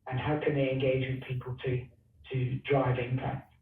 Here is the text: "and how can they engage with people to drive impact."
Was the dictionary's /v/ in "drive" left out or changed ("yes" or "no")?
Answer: no